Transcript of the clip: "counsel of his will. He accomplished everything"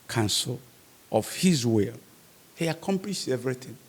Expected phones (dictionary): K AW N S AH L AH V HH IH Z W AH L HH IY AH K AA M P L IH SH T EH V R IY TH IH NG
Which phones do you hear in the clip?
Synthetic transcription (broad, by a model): K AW N S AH L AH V HH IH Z W AH L HH IY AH K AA M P L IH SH EH V R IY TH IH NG